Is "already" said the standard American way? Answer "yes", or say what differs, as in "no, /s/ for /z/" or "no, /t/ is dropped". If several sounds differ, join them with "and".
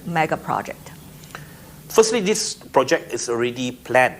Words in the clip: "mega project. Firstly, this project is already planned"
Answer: yes